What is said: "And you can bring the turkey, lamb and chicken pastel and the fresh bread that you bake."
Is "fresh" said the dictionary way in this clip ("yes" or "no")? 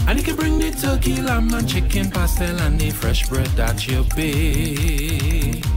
yes